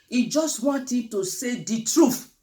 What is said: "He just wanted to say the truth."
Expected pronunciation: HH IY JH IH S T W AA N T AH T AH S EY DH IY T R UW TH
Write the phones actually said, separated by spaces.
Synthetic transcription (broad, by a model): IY JH IH S T W AA N T AH T AH S EY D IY T R UW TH